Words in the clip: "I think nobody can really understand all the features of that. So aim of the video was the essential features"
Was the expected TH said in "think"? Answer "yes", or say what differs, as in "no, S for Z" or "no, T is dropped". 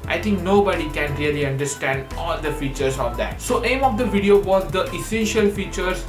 no, T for TH